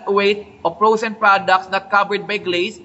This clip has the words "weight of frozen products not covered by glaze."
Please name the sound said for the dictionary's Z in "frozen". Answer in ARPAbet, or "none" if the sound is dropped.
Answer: S